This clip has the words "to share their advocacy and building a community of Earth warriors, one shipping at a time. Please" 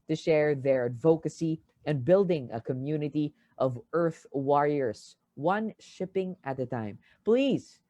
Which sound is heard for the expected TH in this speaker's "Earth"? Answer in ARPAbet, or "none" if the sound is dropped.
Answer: TH